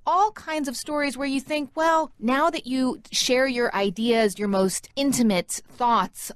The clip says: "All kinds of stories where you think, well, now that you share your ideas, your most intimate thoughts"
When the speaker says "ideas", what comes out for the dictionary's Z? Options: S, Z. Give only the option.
Z